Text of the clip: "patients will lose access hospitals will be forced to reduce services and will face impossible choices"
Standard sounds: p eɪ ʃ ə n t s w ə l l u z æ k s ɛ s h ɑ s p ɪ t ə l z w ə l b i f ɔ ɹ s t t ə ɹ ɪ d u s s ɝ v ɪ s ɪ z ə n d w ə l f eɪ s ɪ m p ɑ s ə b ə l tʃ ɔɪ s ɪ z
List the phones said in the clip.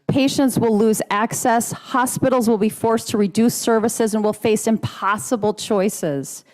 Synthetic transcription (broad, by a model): p eɪ ʃ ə n t s w ə l l u z æ k s ɛ s h ɑ s p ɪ t l z w ə l b i f ɔ ɹ s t t ə ɹ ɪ d u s s ɝ v ɪ s ɪ z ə n w ə l f eɪ s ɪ m p ɑ s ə b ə l tʃ ɔɪ s ɪ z